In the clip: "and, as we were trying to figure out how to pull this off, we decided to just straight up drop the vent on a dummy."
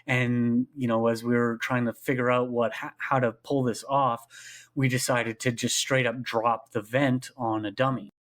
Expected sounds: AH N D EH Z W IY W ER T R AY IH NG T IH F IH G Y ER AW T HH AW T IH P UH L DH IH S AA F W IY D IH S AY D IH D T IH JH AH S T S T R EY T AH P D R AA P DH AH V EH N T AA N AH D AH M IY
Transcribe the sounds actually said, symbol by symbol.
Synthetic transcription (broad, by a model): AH N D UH Z W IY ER T R AY IH NG T IH F IH G Y ER AW T HH AW T IH P UH L DH IH S AA F W IY D IH S AY D IH D T IH JH AH S T S T R EY T AH P D R AA P DH AH V EH N T N AH D AH M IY